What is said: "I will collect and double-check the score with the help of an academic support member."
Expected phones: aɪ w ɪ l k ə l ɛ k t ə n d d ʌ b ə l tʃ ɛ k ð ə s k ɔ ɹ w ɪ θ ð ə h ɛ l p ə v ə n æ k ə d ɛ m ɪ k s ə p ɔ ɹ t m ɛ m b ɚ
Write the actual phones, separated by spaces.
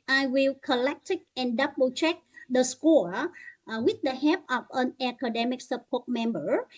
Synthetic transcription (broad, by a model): aɪ w ɪ l k ə l ɛ k t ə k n d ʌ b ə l tʃ ɛ k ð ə s k ɔ ɹ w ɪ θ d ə h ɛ p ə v ə n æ k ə d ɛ m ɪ k s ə p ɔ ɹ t m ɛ m b ɚ